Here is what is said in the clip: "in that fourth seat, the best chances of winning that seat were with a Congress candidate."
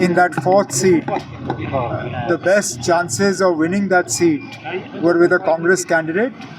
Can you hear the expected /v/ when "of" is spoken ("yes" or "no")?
yes